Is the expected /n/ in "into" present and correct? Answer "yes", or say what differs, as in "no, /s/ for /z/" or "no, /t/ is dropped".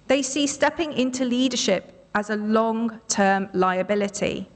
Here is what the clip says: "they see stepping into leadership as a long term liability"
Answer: yes